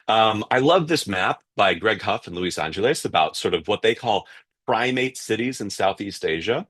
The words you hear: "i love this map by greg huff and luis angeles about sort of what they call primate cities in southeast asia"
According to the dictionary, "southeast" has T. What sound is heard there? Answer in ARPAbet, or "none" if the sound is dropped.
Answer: T